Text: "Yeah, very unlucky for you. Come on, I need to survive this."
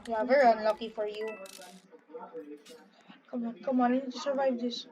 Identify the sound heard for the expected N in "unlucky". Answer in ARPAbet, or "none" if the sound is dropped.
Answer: N